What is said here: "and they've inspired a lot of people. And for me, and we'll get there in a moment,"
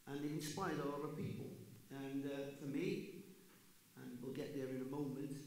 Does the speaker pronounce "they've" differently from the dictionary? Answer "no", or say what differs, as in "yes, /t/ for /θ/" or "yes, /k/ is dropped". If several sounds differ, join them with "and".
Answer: yes, /v/ is dropped